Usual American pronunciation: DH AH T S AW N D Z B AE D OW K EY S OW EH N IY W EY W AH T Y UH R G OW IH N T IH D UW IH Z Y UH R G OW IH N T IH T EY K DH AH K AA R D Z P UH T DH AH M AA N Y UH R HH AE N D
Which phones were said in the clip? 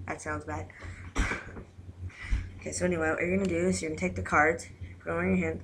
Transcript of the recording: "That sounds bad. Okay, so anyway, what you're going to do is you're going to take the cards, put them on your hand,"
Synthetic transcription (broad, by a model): DH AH T S AW N D Z B AE D OW K EY S OW EH N IY W EY W AH T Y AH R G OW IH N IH D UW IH S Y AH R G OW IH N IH T EY K DH AH K AA R D Z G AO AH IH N Y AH R HH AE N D